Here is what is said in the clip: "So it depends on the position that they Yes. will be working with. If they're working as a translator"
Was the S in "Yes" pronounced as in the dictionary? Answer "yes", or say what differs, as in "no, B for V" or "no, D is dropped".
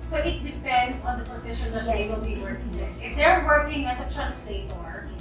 no, S is dropped